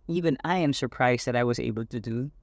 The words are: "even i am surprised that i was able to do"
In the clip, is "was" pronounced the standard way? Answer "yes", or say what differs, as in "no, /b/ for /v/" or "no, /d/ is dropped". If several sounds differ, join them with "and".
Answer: yes